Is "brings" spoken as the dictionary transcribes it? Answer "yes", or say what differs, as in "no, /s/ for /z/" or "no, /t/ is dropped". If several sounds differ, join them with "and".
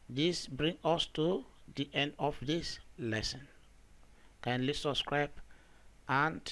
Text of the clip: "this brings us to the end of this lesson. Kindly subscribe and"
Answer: no, /z/ is dropped